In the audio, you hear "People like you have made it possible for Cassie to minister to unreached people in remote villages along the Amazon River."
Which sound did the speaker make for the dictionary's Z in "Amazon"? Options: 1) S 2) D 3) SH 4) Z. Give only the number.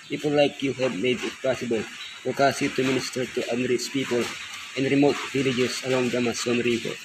1